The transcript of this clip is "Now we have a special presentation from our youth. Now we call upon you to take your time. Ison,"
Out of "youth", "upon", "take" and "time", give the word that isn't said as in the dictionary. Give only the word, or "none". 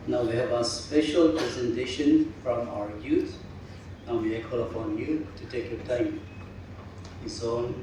youth